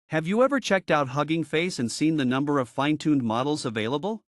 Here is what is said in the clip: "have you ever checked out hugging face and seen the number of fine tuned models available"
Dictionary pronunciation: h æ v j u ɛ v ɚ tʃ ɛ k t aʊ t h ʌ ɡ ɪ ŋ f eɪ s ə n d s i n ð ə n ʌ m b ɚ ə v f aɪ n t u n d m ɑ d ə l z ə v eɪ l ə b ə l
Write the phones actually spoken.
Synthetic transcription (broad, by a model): h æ v j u ɛ v ɚ tʃ ɛ k t aʊ t h ʌ ɡ ɪ ŋ f eɪ s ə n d s i n ð ə n ʌ m b ɚ ə v f aɪ n t u n d m ɑ d l z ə v eɪ l ə b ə l